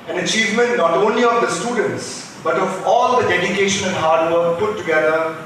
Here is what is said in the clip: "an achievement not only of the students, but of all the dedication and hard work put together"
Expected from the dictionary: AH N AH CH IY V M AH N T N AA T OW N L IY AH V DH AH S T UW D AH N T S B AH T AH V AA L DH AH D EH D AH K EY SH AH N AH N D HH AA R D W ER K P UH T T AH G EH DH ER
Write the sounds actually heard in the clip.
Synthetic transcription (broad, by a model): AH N AH CH IY V M AH N T N AA T OW N L IY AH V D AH S T UW D AH N T S B AH T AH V AA L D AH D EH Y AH K EY SH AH N AH N D HH AA R D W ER K P UH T T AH G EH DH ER